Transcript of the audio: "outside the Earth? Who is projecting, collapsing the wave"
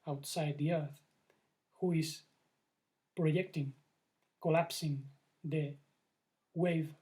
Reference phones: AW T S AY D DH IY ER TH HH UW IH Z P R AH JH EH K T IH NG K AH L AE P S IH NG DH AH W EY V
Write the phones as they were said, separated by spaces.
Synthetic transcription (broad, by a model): AW T S AY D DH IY ER TH HH UW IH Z P R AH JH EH K T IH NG K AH L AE P S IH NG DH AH W EY V